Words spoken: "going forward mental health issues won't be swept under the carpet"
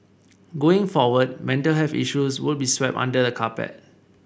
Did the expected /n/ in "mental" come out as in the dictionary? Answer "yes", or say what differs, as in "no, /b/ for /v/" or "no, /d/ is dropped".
yes